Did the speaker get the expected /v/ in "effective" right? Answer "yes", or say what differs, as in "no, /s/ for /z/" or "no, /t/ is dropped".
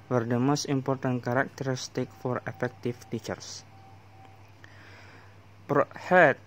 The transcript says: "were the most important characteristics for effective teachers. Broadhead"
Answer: no, /f/ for /v/